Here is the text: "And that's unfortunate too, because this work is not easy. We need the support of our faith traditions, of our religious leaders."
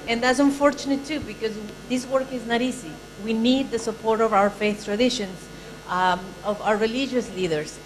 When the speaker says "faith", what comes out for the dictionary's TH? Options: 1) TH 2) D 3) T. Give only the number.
1